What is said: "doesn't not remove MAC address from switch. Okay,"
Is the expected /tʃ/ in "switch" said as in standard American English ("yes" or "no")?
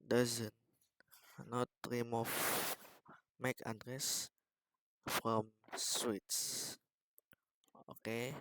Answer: no